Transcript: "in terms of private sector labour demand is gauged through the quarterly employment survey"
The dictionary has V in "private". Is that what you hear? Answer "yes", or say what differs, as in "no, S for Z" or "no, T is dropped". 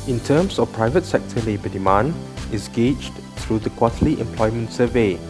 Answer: yes